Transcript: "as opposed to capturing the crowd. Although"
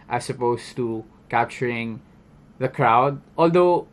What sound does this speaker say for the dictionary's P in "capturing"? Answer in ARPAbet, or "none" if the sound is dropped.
P